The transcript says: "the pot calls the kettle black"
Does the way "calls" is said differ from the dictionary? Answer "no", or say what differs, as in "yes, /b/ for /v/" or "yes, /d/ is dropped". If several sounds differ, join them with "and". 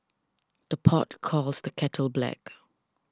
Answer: no